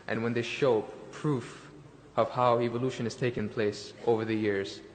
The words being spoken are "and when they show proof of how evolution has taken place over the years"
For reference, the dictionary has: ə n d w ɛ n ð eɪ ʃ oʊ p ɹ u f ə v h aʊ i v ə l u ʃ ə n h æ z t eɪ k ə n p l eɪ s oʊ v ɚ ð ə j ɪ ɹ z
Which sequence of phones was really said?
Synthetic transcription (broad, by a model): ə n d w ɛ n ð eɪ ʃ oʊ p ɹ u f ə v h aʊ i v ə l u ʃ ə n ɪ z t eɪ k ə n p l eɪ s oʊ v ɚ ð ə j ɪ ɹ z